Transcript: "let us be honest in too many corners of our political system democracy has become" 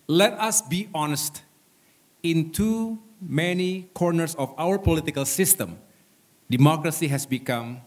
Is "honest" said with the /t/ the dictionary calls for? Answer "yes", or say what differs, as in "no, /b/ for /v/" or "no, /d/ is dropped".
yes